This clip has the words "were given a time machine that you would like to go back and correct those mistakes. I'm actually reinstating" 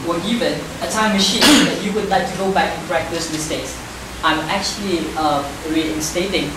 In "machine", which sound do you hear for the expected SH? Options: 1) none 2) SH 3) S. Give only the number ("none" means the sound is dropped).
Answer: 2